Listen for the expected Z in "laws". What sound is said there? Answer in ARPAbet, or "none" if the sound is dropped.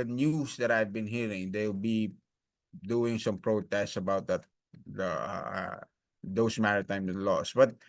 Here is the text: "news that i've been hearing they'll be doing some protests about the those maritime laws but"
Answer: S